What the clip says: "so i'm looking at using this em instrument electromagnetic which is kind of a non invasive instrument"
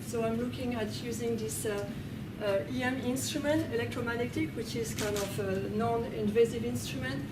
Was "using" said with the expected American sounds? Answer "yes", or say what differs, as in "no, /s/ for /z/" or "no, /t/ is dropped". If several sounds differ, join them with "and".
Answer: yes